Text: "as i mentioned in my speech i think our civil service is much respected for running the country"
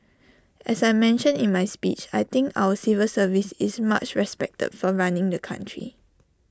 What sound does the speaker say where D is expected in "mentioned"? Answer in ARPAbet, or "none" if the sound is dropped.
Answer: none